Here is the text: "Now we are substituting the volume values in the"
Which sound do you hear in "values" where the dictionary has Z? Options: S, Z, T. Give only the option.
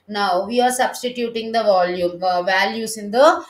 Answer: S